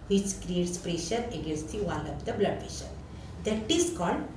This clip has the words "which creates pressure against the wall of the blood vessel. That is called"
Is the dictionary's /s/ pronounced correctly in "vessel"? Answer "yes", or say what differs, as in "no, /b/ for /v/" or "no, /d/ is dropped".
no, /ʃ/ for /s/